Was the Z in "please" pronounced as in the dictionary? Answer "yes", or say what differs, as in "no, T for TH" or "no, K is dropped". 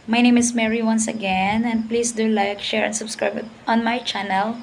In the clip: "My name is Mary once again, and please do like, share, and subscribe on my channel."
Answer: no, S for Z